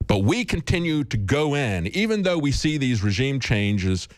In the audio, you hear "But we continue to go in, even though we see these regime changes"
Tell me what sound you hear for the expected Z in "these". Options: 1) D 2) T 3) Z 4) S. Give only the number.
3